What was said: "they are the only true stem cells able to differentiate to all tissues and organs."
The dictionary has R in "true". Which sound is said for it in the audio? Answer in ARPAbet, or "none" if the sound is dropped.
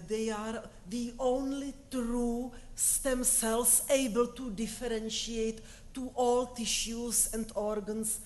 R